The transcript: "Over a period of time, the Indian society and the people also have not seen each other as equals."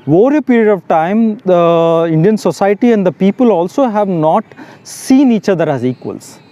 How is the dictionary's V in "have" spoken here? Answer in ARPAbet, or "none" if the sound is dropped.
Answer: V